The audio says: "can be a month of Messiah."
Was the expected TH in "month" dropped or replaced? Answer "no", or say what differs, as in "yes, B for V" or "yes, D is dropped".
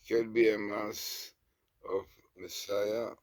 yes, S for TH